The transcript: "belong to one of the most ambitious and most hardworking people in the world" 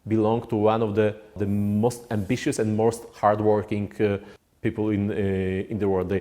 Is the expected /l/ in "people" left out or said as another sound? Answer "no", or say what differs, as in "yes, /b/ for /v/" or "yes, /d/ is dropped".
yes, /n/ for /l/